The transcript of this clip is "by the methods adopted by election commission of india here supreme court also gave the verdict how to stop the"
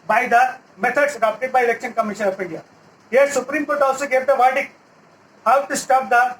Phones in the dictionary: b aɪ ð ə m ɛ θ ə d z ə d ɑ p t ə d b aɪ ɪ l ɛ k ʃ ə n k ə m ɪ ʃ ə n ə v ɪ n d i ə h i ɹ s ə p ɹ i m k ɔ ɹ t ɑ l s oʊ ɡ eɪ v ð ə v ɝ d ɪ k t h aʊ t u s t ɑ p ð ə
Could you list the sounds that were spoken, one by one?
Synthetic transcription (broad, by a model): b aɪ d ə m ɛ t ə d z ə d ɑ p t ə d b aɪ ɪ l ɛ k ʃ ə n k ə m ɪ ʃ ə n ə f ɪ n d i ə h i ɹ s ə p ɹ i m k ɔ ɹ t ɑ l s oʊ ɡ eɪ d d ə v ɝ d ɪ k h aʊ t u s t ɑ p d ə